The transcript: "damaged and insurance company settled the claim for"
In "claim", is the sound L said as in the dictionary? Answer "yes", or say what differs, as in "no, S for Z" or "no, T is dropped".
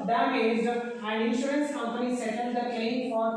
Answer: no, L is dropped